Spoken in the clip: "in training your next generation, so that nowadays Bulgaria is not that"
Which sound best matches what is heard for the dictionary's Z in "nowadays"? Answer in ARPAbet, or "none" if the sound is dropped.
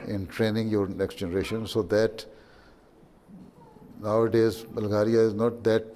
Z